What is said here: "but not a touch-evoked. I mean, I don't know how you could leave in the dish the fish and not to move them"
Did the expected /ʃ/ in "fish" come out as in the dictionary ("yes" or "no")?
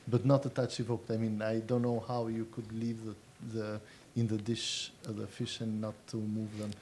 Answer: yes